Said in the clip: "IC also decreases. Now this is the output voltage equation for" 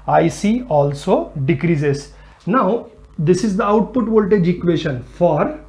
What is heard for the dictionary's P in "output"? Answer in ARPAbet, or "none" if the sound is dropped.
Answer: P